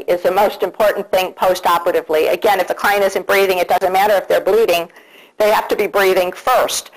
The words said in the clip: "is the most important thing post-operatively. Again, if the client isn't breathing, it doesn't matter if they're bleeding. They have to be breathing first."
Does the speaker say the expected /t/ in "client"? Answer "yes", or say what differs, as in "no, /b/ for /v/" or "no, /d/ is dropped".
no, /t/ is dropped